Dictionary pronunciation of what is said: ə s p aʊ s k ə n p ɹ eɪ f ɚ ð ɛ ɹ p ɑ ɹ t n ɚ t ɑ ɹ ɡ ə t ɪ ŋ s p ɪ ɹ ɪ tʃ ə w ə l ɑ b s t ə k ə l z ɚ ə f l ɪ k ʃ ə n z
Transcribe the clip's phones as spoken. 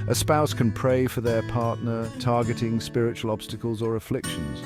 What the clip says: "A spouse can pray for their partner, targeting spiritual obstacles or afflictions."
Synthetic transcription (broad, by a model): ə s p aʊ s k ə n p ɹ eɪ f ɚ ð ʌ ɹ p ɑ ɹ t n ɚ t ɑ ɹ ɡ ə t ɪ ŋ s p ɪ ɹ ɪ tʃ ə w ə l ɑ b s t ə k ə l z ɚ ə f l ɪ k ʃ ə n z